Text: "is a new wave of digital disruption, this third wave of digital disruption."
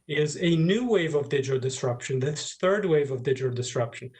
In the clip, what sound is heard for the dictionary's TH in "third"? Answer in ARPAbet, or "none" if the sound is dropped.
TH